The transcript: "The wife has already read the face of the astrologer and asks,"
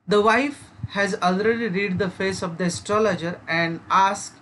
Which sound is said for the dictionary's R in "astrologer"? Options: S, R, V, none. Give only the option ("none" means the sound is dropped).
R